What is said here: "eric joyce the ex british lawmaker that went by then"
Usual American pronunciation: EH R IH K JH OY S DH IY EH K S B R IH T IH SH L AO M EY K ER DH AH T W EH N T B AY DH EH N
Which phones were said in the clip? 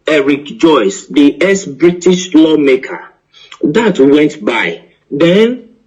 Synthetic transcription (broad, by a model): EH R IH K JH OY S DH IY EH S B R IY T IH SH L AO M EY K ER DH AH T W EH N T B AY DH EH N